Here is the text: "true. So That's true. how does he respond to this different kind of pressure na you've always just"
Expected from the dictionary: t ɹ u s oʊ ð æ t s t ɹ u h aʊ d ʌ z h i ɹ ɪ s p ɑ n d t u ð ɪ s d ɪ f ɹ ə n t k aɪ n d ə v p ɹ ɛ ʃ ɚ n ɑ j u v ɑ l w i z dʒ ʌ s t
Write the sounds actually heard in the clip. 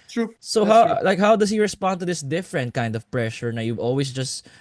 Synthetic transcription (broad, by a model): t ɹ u s oʊ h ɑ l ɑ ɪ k h aʊ d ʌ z h i ɹ ɪ s p ɑ n d t u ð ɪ s d ɪ f ɹ ə n t k aɪ n d ə v p ɹ ɛ ʃ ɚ n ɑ j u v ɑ l w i s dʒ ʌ s t